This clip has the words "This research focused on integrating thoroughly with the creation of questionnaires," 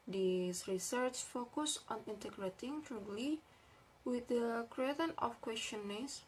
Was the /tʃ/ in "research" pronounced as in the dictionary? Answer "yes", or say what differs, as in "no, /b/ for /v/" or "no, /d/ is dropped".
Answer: yes